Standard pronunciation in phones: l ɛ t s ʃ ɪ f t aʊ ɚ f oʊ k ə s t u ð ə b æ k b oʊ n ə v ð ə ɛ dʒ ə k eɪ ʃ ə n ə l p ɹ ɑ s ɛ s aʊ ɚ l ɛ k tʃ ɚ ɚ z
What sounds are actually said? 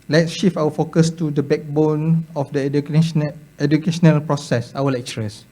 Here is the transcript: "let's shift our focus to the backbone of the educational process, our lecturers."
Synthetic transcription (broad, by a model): l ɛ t s ʃ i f aʊ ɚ f oʊ k ə s t u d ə b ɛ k b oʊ n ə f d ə ɛ dʒ ə k eɪ ʃ ə n ə l p ɹ ɑ s ɛ s aʊ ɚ l ɛ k tʃ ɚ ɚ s